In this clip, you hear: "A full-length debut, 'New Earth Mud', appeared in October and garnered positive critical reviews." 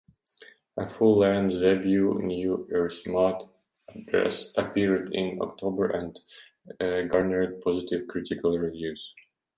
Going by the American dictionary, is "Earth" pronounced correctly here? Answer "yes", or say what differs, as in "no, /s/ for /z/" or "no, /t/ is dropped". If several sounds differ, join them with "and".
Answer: no, /s/ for /θ/